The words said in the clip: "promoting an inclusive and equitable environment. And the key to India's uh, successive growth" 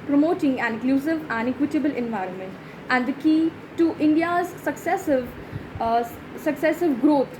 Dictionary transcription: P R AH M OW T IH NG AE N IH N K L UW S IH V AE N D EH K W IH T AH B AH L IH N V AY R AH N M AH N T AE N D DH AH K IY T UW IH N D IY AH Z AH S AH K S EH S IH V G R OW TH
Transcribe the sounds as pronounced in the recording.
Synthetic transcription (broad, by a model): P R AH M OW T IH NG AE N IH K L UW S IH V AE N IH K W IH T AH B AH L IH N V AY R AH N M AH N T AE N D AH K IY T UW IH N D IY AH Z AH S AH K S EH S IH V G R OW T